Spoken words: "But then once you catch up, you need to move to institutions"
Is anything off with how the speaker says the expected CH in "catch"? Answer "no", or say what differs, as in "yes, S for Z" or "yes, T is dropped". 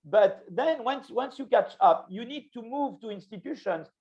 no